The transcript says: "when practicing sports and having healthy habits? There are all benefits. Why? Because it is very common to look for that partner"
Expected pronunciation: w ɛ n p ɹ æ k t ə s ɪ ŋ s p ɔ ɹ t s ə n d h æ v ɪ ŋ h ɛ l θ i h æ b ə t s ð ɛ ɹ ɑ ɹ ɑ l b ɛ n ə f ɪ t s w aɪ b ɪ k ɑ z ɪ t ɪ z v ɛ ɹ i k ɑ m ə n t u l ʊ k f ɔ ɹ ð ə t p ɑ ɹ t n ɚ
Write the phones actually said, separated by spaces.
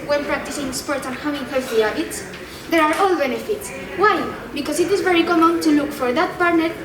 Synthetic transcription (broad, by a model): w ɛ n p ɹ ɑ k t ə s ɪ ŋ s p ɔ ɹ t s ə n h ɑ w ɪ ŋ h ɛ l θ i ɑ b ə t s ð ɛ ɹ ɑ ɹ ɑ l b ɛ n ə f ɪ t s w aɪ b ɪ k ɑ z ɪ t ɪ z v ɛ ɹ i k ɑ m ə n t u l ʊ k f ɔ ɹ ð ə t p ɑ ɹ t n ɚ